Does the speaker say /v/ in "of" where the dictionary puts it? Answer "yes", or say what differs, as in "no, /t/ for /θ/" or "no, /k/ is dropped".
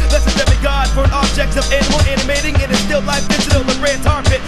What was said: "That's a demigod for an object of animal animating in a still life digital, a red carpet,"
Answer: yes